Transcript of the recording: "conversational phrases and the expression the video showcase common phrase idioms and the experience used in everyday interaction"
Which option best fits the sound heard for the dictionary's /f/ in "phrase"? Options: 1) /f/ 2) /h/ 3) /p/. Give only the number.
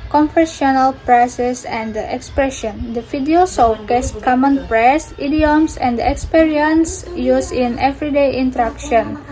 3